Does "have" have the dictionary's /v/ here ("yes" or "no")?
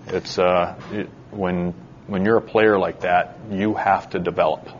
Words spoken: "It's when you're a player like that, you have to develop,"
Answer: no